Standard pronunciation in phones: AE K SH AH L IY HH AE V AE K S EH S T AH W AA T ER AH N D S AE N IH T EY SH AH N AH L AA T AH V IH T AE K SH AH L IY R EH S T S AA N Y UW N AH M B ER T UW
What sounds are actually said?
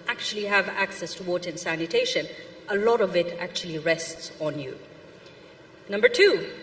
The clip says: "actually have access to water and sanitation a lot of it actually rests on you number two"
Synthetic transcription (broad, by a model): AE K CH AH L IY HH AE V AE K S EH S T AH W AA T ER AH N S AE N IH T EY SH AH N AH L AA T AH V IH T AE K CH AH L IY R EH S T S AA N Y UW N AH M B ER T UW